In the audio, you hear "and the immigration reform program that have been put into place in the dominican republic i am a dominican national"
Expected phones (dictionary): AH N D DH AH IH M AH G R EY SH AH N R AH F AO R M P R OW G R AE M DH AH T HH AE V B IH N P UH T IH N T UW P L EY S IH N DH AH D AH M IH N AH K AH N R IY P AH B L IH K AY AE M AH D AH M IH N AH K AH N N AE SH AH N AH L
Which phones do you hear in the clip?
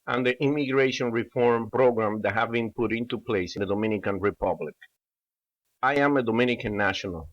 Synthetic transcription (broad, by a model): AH N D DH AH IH M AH G R EY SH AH N R AH F AO R M P R OW G R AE M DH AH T HH AE V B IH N P UH T IH N T UW P L EY IH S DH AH D AH M IH N AH K AH N R IY P AH B L IH K AY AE M AH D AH M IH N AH K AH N N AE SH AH N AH L